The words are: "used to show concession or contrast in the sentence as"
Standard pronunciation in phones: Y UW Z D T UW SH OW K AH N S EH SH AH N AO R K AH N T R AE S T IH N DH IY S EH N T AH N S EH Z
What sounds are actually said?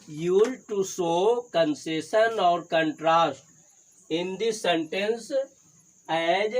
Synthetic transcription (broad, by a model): Y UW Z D T UW S OW K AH N S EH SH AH N AO R K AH N T R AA S T IH N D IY S EH N T AH N S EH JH